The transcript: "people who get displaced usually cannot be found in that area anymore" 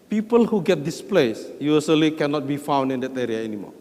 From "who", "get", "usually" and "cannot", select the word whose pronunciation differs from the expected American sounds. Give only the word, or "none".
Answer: usually